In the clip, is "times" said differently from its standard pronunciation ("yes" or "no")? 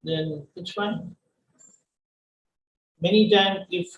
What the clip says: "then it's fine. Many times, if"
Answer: yes